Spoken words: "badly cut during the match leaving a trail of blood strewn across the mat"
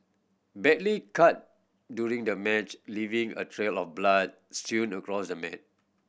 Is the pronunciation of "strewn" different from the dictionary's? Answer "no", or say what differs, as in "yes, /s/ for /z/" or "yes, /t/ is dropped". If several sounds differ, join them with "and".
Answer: yes, /ɹ/ is dropped